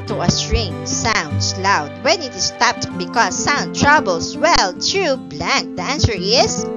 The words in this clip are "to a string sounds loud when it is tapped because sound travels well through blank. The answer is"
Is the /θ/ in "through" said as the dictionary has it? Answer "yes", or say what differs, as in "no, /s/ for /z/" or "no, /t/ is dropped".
no, /t/ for /θ/